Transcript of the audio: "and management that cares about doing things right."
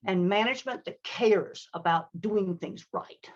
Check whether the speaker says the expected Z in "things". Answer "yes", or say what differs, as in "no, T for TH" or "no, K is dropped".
yes